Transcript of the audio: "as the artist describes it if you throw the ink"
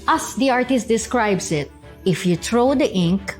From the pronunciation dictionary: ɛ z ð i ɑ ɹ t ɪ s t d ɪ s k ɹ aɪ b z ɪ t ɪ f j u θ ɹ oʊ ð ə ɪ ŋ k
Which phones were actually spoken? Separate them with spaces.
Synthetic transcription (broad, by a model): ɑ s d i ɑ ɹ t ɪ s t d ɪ s k ɹ aɪ b s ɪ t ɪ f j u t ɹ oʊ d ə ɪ ŋ k